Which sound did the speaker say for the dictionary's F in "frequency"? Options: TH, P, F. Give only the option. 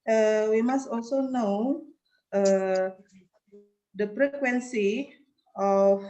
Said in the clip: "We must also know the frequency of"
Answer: P